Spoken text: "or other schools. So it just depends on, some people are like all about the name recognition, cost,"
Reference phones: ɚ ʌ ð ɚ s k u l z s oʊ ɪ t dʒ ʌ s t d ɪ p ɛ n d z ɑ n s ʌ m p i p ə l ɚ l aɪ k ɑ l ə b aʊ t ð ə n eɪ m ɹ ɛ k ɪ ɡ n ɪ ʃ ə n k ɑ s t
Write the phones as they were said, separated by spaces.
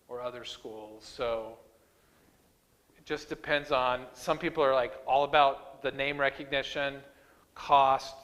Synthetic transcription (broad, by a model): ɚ ʌ ð ɚ s k u l z s oʊ ɪ t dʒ ʌ s d ɪ p ɛ n d z n s ʌ m p i p l ɚ l aɪ k ɑ l ə b aʊ t ð ə n eɪ m ɹ ɛ k ɪ ɡ n ɪ ʃ ə n k ɑ s t